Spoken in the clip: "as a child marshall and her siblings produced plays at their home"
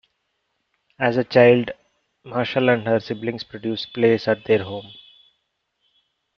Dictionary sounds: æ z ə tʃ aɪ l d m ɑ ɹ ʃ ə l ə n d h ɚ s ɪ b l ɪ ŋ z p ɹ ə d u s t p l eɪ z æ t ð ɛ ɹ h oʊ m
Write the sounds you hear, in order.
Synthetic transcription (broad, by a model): æ z ə tʃ aɪ l d m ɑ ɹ ʃ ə l ə n d h ɚ s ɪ b l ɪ ŋ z p ɹ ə d u s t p l eɪ s æ t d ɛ ɹ h oʊ m